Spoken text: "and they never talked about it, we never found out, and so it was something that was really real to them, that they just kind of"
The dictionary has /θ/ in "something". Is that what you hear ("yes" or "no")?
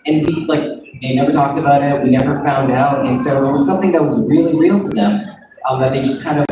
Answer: yes